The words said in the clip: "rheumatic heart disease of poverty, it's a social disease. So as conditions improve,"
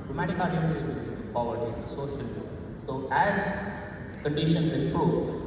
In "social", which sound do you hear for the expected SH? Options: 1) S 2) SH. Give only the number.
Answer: 1